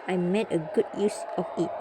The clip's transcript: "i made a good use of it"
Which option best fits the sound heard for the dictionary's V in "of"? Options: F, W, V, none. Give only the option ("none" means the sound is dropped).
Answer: F